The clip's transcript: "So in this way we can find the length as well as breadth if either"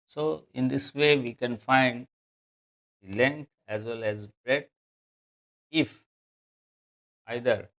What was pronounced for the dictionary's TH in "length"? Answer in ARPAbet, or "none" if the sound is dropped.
T